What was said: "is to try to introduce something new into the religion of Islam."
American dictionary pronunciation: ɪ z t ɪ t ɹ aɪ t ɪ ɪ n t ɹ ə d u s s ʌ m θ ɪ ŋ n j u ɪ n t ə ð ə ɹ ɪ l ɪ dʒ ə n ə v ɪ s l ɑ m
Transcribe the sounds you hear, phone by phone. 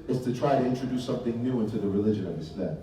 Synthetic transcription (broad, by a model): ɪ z t ɪ t ɹ aɪ t ɪ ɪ n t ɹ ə d u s s ʌ m θ ɪ ŋ n j u ɪ n t ə ð ə ɹ ɪ l ɪ dʒ ə n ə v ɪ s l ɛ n